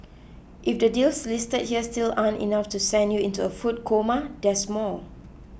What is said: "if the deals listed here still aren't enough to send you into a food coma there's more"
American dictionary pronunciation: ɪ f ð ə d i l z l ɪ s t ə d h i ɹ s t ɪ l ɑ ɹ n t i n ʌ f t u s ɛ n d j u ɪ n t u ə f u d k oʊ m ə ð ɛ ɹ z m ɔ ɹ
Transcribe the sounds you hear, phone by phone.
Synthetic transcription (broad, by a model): ɪ f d ə d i l s l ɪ s t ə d h i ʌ s t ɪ l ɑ n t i n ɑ f t u s ɛ n d j u ɪ n t u ə f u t k oʊ m ə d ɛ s m ɔ l